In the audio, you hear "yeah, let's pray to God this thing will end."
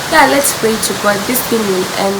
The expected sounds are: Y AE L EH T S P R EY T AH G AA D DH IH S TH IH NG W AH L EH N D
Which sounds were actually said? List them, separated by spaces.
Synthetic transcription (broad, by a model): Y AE L EH T S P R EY T AH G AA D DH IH S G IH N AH N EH N